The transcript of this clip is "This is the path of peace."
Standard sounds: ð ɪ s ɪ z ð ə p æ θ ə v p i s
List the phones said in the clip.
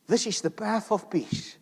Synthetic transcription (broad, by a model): ð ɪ s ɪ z ð ə p æ θ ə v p i s